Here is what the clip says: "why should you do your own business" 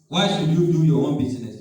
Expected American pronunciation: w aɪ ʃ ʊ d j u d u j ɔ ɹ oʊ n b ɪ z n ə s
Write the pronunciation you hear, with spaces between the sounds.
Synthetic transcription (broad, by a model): w aɪ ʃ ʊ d j u d u j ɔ w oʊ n b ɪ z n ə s